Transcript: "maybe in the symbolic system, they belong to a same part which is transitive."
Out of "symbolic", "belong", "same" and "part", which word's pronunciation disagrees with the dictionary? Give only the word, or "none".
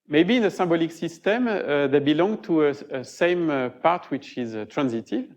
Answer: symbolic